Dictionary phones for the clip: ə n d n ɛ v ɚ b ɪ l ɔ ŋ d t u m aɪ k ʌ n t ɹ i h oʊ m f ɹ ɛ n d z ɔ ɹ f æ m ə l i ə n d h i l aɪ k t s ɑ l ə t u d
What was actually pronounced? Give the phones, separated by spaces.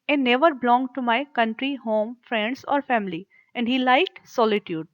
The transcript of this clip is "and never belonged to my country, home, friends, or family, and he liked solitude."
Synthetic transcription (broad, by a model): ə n n ɛ v ɚ b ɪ l ɔ ŋ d t u m aɪ k ʌ n t ɹ i h oʊ m f ɹ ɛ n d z ɔ ɹ f æ m ə l i ə n d h i l aɪ k t s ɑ l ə t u d